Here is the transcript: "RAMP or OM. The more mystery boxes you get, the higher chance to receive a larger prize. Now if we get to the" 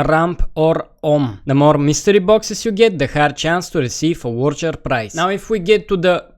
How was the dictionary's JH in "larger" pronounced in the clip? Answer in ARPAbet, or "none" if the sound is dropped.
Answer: CH